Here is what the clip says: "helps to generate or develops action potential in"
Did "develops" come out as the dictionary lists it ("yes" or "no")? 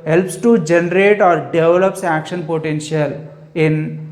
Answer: yes